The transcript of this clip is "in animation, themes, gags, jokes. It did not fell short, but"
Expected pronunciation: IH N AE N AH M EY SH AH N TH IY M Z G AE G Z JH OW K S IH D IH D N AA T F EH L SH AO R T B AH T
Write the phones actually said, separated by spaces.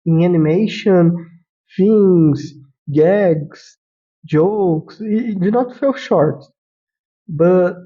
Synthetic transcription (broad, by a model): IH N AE N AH M EY SH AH N F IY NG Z G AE G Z JH OW K S IH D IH N AA T F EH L SH AO R T B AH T